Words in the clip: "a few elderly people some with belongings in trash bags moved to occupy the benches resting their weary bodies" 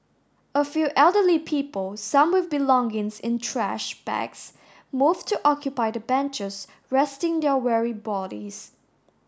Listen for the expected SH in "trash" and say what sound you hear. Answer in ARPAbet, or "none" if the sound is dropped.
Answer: SH